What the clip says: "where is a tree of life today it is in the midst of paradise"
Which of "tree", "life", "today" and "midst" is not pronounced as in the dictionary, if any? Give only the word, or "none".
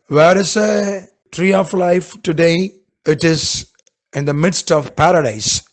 none